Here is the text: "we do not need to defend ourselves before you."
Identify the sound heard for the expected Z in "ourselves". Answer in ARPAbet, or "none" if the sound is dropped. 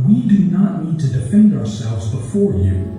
Z